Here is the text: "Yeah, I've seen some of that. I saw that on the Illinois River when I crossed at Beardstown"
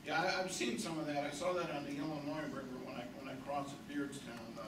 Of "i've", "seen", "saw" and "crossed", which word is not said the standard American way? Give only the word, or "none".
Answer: crossed